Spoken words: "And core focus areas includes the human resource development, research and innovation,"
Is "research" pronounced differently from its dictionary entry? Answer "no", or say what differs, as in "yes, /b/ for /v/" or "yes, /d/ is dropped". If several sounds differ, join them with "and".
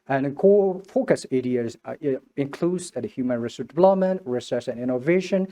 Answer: yes, /s/ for /tʃ/